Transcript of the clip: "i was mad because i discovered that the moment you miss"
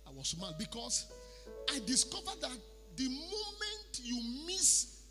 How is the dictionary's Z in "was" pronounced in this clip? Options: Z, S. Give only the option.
S